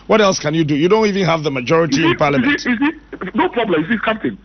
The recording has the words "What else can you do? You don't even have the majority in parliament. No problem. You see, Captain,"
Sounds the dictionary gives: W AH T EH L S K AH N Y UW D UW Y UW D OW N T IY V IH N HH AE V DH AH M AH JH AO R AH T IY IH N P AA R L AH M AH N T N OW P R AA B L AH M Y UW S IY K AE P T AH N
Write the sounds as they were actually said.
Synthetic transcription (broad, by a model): W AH T EH L S K AH N Y UW D UW Y UW D OW N T IY V IH N HH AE V DH AH M AH JH AO R AH T IY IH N P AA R L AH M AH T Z N OW P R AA B L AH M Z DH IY K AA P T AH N